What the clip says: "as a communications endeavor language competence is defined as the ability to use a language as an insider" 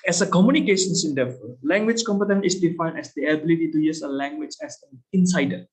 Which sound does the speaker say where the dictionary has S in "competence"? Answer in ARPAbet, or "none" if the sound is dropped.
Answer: none